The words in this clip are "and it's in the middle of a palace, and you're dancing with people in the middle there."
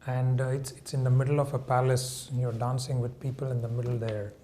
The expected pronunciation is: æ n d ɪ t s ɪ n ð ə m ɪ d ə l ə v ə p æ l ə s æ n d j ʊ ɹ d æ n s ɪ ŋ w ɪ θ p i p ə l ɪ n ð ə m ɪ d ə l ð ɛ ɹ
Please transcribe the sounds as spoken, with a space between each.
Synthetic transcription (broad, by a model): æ n d ɪ t s ɪ n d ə m ɪ d ə l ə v ə p æ l ə s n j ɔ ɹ d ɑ n s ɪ ŋ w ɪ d p i p ə l ɪ n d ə m ɪ d ə l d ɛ ɹ